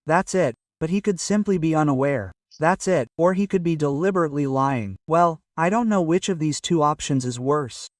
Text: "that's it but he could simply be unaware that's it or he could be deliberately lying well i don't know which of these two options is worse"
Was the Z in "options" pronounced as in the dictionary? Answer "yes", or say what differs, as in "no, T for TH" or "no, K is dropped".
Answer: yes